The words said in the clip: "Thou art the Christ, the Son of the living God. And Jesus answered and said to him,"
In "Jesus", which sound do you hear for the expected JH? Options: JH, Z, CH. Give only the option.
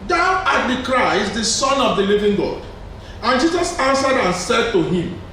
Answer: JH